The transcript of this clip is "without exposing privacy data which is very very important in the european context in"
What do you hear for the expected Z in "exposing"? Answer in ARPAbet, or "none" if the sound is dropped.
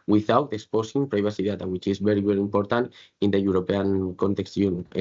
S